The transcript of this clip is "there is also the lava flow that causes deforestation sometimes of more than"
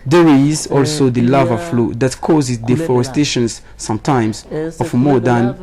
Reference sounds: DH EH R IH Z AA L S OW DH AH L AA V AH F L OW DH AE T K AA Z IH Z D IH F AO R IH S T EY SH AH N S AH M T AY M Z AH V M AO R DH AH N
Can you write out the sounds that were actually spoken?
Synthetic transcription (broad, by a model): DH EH R IH Z AA L S OW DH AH L AA V AH F L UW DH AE T K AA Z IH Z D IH F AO R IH S T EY SH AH N S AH M T AY M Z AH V M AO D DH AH N